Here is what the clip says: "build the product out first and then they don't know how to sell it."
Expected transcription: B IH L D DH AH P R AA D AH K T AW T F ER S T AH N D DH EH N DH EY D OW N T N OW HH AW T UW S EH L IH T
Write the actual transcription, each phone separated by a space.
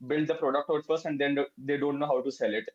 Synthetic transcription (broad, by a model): B IH L D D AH P R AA D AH K T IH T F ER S AH N D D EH N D EY D OW N T N OW HH AW T UW S EH L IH T